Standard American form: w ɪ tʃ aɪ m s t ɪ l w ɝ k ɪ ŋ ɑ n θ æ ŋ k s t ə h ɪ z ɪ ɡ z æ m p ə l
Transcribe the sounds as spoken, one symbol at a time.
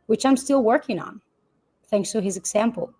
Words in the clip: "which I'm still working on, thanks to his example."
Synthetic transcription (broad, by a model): w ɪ tʃ aɪ m s t ɪ l w ɝ k ɪ ŋ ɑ n θ æ ŋ k s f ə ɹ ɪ z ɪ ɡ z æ m p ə l